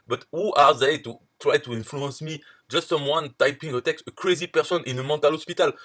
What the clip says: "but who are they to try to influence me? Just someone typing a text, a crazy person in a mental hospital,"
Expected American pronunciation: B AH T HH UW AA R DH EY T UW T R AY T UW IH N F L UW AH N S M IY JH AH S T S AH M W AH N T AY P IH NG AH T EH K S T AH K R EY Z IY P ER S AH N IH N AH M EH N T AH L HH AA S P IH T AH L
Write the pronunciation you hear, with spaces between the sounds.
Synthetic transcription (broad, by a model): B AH T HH UW AA R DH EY T UW T R AY T UW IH N F L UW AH N S M IY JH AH S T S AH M W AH N T AY P IH NG AH T EH K S T AH K R EY Z IY P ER S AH N IH N AH M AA T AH L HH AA S P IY T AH L